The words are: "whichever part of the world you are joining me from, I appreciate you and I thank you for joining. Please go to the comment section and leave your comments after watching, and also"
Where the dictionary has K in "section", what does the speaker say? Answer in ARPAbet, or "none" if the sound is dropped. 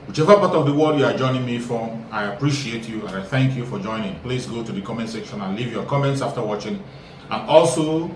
K